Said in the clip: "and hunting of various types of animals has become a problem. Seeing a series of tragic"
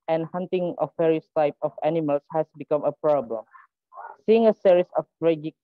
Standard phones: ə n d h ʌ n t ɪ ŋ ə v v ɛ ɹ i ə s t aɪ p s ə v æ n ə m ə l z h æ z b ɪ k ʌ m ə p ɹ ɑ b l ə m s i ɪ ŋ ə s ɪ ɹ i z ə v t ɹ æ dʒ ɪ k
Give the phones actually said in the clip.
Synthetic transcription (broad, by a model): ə n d h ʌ n t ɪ ŋ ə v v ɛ ɹ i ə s t aɪ p ə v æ n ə m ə l s h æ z b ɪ k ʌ m ə p ɹ ɑ b l ə m s i ɪ ŋ ə s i ɹ i s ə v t ɹ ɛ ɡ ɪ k